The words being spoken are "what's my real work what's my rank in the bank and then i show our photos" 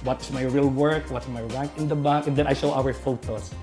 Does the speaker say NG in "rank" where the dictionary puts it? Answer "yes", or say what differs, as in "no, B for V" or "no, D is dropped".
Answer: no, NG is dropped